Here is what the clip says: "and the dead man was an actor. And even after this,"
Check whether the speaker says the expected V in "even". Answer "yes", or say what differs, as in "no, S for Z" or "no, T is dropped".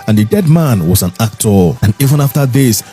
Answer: yes